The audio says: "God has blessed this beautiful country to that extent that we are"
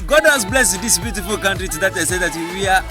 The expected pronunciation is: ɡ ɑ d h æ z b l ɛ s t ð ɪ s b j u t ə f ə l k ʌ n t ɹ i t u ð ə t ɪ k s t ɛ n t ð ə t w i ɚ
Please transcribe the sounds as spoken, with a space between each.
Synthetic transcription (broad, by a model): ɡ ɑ d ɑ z b l ɛ s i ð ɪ s b j u t ə f ə l k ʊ n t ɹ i t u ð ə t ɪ s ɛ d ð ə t w i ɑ